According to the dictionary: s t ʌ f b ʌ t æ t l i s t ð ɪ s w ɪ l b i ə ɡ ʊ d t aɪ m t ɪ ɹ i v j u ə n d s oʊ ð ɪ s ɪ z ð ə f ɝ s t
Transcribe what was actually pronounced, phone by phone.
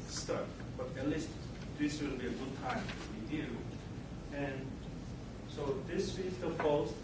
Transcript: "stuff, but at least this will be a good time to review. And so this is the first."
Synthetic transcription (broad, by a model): s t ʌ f b ʌ t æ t l i s t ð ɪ s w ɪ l b i ə ɡ ʊ d t aɪ m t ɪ w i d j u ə n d s oʊ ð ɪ s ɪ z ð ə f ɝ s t